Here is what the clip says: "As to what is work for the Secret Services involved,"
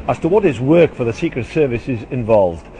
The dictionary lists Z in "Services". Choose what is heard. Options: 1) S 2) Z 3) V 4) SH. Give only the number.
2